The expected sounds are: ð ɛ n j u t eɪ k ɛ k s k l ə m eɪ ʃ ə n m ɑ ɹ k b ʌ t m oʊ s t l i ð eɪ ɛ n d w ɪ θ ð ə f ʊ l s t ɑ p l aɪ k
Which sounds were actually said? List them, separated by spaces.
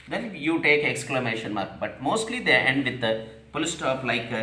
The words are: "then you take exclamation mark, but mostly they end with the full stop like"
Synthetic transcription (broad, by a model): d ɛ n j u t eɪ k ɛ k s k l ə m eɪ ʃ ə n m ɑ ɹ k b ʌ t m oʊ s t l i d eɪ ɛ n d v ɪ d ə p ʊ l s t ɑ p l aɪ k